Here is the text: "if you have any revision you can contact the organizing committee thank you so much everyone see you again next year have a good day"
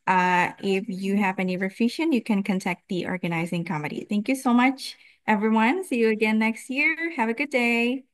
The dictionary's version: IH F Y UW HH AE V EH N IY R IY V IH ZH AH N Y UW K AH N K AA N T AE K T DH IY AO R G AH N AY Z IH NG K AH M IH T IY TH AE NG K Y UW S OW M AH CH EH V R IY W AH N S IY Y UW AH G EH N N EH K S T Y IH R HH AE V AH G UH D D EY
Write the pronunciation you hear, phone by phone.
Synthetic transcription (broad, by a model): IH F Y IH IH V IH N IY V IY F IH SH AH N Y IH K AH N K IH N T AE K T DH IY AO R G AH N AY Z IH NG K AH M IH T IY TH AE NG K Y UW S OW M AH CH EH V R IY W AH N S IY Y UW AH G EH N N EH K S T Y IH R HH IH V AH G UH D D EY